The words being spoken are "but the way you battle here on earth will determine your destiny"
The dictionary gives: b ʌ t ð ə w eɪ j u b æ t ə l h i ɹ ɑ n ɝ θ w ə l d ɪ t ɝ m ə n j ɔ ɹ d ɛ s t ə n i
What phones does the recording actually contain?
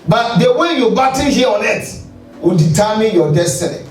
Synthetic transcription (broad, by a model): b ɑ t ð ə w eɪ j u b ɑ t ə n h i ɑ n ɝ t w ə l d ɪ t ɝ m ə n j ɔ d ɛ s t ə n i